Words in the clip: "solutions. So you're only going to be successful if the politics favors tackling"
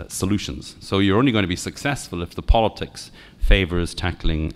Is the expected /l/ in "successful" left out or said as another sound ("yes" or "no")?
no